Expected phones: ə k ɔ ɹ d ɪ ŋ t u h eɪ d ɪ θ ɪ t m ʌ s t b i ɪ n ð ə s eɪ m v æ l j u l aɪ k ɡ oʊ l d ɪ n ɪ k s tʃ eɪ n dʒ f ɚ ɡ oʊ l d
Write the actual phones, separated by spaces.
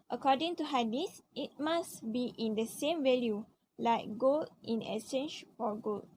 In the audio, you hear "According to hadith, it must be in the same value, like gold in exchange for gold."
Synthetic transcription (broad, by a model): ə k ɔ d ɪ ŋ t u h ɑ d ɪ s ɪ t m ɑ s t b i ɪ n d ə s eɪ m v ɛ l j u l aɪ k ɡ oʊ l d ɪ n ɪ s eɪ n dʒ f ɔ ɡ oʊ l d